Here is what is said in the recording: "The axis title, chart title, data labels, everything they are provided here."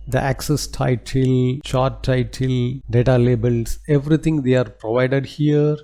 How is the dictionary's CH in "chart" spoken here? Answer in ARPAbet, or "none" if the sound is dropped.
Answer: SH